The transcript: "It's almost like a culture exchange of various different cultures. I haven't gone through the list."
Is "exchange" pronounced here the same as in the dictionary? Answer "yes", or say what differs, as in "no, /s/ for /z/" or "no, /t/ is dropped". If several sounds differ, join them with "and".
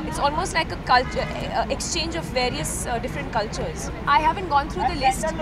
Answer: yes